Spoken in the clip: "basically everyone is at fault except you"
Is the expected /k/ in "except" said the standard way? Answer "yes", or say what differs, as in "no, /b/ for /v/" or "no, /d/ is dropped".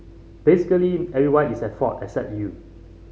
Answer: yes